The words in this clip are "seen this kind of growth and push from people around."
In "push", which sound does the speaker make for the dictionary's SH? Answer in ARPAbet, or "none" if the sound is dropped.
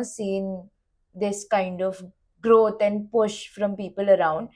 SH